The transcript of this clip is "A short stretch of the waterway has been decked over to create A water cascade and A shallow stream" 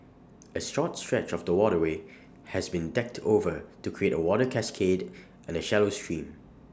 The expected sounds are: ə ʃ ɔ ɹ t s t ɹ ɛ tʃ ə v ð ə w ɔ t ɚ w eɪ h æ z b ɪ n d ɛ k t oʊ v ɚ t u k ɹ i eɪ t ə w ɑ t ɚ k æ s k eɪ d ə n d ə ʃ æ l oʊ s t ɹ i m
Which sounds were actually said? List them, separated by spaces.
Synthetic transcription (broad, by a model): ə s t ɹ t s t ɹ ɛ tʃ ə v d ə w ɔ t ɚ w eɪ h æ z b ɪ n d ɛ k t oʊ v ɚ t u k ɹ i eɪ t ə w ɑ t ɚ k æ s k eɪ d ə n ə ʃ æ l oʊ s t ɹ i m